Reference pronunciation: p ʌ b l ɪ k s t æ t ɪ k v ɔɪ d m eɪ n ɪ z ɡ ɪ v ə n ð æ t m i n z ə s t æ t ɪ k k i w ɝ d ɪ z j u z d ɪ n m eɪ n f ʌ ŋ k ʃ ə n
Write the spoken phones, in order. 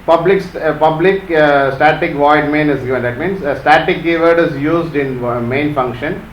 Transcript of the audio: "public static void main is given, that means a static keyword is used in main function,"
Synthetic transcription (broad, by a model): p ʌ b l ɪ k s t æ t ɪ k v ɔɪ d m eɪ n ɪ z ɡ ɪ v ə n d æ t m i n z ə s t æ t ɪ k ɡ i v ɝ d ɪ z j u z d ɪ n m eɪ n f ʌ ŋ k ʃ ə n